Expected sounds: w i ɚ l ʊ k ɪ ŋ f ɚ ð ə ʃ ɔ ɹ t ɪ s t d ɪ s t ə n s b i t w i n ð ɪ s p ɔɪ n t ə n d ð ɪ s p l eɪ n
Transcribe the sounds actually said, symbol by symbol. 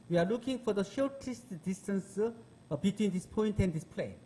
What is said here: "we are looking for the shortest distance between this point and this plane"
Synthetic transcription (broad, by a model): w i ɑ l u k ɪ ŋ f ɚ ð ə ʃ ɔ l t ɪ s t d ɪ s t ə n s b i t w i n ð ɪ s p ɔɪ n t ə n d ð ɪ s p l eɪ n